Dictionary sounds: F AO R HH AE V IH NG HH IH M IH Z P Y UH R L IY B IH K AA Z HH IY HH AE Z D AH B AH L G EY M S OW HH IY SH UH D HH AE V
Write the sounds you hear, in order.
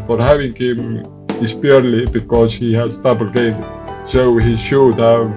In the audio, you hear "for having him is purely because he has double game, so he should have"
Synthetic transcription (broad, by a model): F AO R HH AE V IH NG HH IH M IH S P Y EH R L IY B IH K AA Z HH IY HH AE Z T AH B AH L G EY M S OW HH IY SH UH D HH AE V